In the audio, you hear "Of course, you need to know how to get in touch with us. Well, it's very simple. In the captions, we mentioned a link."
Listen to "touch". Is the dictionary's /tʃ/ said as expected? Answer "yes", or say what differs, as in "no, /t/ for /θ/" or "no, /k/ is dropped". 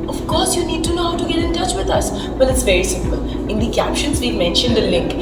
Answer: yes